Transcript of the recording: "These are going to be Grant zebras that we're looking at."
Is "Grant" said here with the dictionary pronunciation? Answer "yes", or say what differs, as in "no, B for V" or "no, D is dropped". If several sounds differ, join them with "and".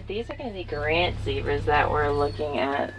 yes